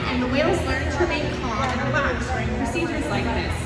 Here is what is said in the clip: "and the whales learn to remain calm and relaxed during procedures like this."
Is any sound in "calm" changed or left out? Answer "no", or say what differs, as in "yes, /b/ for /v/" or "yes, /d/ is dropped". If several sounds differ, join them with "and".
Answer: yes, /m/ is dropped